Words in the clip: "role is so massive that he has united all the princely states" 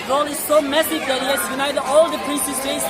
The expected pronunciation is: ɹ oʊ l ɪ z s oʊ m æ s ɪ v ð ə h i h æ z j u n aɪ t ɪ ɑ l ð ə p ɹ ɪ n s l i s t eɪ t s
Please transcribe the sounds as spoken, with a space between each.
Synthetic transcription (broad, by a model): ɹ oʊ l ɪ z s oʊ m æ s ɪ v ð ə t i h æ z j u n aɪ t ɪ ɑ l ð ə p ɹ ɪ n s i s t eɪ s